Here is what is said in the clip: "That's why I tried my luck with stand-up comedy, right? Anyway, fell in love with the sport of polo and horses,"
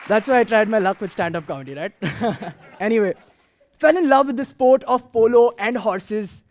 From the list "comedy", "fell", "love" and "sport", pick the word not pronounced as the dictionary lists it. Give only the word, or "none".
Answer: comedy